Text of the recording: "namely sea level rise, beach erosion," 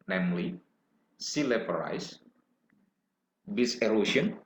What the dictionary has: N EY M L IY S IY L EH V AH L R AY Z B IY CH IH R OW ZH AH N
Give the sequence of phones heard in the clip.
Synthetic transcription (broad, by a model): N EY M L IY S IY L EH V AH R AY S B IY S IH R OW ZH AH N